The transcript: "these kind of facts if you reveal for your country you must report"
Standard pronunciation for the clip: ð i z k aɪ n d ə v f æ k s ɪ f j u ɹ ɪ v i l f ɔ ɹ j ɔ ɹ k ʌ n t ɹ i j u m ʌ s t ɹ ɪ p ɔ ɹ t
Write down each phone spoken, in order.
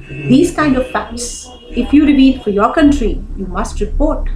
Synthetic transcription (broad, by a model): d i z k aɪ n d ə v p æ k s ɪ f j u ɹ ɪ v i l f ɔ ɹ j ɔ ɹ k ʌ n t ɹ i j u m ʌ s t ɹ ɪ p ɔ ɹ t